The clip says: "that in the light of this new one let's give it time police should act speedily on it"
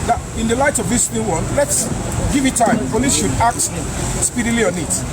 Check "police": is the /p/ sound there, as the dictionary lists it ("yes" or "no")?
no